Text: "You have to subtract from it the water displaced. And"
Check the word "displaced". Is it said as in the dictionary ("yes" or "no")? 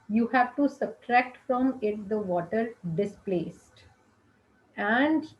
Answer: yes